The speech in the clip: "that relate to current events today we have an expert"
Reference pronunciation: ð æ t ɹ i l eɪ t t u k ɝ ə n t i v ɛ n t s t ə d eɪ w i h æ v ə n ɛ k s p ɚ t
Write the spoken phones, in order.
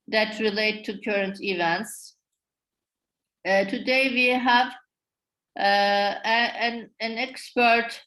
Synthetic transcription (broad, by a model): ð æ t ɹ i l eɪ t t u k ɝ ə n t i v ɛ n t s t ə d eɪ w i h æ v ə n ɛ k s p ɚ t